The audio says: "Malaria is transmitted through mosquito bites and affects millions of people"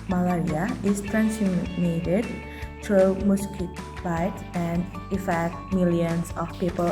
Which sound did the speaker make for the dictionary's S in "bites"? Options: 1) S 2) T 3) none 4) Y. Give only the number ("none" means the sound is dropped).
3